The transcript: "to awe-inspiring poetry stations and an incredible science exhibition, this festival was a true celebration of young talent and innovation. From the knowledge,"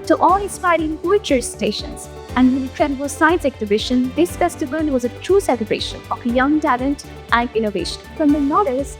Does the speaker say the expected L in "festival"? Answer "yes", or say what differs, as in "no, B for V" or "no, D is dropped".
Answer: no, N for L